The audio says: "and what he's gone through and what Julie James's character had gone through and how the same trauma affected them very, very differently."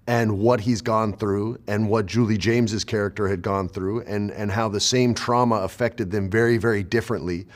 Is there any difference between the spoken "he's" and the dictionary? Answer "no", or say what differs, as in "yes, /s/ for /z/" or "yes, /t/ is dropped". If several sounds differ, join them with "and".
no